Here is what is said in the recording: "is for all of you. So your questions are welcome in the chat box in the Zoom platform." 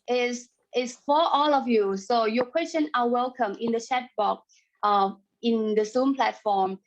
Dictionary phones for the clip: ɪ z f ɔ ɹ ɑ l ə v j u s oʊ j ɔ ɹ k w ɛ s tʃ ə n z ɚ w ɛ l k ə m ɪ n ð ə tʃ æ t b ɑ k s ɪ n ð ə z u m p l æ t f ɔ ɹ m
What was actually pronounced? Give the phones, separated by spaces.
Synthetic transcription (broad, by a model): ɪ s f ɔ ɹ ɑ l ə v j u s oʊ j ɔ k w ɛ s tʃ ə n ɚ w ɛ l k ə m ɪ n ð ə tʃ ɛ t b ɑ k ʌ ɪ n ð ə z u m p l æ t f ɔ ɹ m